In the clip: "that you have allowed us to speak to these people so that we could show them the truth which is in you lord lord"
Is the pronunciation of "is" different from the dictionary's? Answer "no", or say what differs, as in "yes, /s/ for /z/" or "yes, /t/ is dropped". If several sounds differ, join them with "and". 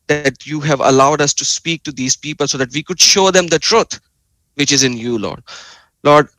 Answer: no